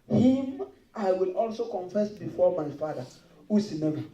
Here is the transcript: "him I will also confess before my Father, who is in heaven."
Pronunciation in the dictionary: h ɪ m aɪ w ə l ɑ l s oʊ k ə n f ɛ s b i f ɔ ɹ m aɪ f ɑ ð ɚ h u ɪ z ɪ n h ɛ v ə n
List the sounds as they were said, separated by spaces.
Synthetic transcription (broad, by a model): h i m aɪ w ə l ɑ l s oʊ k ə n f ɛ s b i f ɔ m aɪ f ɑ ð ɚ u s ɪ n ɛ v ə